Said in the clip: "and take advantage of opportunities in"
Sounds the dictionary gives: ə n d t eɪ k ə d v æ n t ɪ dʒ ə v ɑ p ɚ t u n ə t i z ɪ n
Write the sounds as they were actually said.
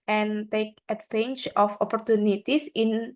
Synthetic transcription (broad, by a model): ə n t eɪ k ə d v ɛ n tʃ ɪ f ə p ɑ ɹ t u n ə t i s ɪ n